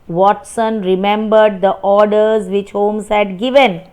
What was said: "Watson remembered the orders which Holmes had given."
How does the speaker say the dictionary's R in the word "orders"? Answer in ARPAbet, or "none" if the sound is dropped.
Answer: R